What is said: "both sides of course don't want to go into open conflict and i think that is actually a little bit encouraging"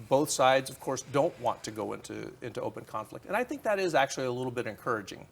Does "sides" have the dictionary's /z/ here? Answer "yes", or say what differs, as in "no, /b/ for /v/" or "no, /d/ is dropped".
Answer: yes